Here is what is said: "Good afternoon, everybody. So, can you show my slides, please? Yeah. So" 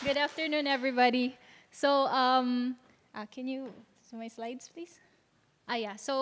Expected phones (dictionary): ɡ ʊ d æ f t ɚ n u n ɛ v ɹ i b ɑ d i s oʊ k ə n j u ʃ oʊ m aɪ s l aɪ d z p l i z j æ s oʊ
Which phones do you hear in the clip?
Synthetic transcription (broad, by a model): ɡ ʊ d æ f t ɚ n u n ɛ v ɹ i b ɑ d i s oʊ k ə n j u s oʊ m aɪ s l aɪ d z p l i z j æ s oʊ